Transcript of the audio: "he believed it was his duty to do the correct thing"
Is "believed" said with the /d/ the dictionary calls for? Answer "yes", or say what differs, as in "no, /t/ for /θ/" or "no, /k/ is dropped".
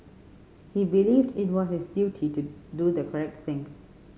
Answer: yes